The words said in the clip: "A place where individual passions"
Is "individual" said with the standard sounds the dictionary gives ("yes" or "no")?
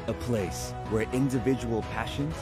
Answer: yes